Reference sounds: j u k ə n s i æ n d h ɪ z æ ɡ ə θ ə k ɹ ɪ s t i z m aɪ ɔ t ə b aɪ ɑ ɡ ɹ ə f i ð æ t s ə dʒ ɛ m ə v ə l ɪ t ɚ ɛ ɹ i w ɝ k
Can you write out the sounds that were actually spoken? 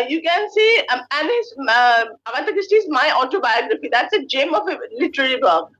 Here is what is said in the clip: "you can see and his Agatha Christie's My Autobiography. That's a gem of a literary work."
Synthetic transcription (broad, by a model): j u k ə n s i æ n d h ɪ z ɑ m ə t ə k ɹ ɪ s t i z m aɪ ɔ t ə b aɪ ɑ ɡ ɹ ə f i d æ t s ə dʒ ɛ m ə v ə l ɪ t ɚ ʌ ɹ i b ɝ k